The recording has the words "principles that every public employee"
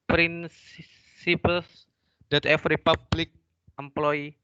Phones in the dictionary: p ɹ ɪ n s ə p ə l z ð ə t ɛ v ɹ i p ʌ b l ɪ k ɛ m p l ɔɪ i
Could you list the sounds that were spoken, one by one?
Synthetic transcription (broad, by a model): p ɹ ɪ n s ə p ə l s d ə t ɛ f ɹ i p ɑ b l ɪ k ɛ m p l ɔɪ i